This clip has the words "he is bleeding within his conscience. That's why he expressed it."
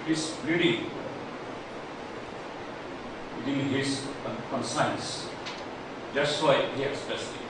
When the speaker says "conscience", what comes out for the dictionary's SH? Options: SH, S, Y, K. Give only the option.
S